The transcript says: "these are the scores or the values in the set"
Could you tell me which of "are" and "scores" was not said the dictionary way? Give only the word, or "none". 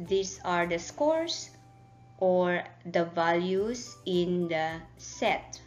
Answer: scores